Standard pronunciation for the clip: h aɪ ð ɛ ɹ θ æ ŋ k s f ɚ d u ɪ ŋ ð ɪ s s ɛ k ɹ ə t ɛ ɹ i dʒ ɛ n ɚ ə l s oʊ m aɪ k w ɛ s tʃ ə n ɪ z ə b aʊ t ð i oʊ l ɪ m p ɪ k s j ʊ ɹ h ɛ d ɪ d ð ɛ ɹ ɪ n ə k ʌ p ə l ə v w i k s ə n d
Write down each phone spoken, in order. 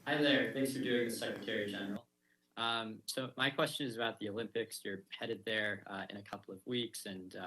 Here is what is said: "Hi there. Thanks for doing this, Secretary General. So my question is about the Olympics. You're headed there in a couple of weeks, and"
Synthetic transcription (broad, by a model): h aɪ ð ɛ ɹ θ æ ŋ k s f ɚ d u ɪ ŋ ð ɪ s s ɛ k ɹ ə t ɛ ɹ i dʒ ɛ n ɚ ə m s oʊ m aɪ k w ɛ s tʃ ə n ɪ z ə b aʊ t ð i oʊ l ɪ m p ɪ k s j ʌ ɹ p ɛ d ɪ d ð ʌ ɹ ɪ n ə k ʌ p l ə v w i k s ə n